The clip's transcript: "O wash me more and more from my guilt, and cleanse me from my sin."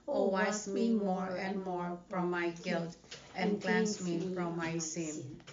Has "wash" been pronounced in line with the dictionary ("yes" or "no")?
no